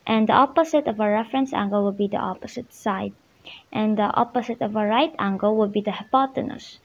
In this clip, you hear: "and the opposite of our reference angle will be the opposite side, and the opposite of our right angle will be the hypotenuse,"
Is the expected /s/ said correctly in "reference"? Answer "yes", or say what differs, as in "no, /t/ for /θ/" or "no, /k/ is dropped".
yes